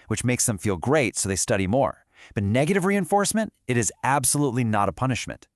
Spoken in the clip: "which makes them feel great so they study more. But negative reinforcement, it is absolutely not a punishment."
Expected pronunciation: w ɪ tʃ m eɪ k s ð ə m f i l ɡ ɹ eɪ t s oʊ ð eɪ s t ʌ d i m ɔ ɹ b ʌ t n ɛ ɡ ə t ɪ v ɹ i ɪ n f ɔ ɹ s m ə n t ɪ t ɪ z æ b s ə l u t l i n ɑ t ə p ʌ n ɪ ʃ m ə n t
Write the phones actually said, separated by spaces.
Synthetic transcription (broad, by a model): w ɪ tʃ m eɪ k s ð ə m f i l ɡ ɹ eɪ t s oʊ ð eɪ s t ʌ d i m ɔ ɹ b ʌ t n ɛ ɡ ə t ɪ v ɹ i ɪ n f ɔ ɹ s m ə n t ɪ t ɪ z æ b s ə l u t l i n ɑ t ə p ʌ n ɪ ʃ m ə n t